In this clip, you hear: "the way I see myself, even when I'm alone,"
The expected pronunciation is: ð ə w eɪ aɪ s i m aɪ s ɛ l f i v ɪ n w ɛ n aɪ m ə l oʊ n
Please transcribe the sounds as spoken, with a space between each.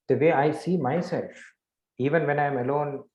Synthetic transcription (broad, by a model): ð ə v eɪ aɪ s i m aɪ s ɛ l f i v ɪ n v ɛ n aɪ m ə l oʊ n